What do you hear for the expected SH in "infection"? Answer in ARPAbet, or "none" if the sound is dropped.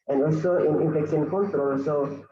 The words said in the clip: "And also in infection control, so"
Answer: S